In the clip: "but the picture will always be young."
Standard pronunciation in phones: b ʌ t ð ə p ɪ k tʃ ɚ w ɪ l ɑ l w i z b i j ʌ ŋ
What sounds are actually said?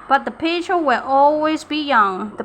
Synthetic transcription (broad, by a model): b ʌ t ð ə p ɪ tʃ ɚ w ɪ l ɑ l w i z b i j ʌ ŋ